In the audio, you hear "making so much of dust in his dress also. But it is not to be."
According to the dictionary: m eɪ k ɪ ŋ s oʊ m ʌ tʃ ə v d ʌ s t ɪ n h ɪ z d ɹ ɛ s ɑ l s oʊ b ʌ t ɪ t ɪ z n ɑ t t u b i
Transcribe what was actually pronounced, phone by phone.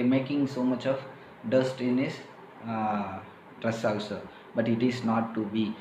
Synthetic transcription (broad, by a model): m eɪ k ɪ ŋ s oʊ m ʌ tʃ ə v d ʌ s t ɪ n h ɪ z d ɹ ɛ s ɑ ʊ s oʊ b ʌ t ɪ t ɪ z n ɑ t t u b i